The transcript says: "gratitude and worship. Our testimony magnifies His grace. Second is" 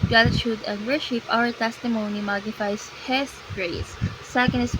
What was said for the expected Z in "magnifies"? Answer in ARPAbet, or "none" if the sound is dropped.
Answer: S